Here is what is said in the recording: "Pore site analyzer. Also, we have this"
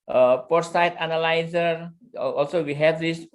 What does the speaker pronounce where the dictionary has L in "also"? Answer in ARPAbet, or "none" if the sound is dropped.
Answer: L